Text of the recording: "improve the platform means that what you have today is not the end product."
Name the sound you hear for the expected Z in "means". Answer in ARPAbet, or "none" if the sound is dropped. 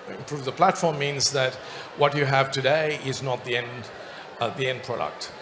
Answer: Z